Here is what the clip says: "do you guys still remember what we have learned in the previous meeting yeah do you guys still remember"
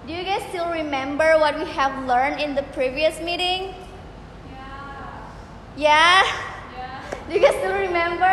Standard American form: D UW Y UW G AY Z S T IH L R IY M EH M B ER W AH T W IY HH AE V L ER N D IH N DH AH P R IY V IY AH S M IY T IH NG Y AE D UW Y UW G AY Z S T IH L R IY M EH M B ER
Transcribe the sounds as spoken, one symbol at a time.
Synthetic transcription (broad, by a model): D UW Y UW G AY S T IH L R IY M EH M B ER W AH T W IY HH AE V L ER N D IH N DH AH P R IY V IY AH S M IY T IH NG Y AE D UW Y UW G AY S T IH L R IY M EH M B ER